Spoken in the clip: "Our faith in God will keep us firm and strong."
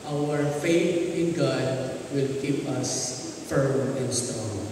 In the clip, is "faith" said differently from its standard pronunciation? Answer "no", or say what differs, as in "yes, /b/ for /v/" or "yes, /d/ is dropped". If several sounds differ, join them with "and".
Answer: no